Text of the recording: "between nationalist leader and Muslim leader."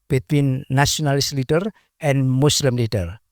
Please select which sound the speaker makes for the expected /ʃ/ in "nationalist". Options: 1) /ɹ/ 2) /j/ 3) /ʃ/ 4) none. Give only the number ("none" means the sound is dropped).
4